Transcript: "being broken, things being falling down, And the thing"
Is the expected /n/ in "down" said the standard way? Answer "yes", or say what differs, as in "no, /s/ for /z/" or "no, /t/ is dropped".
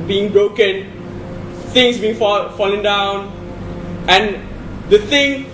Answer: yes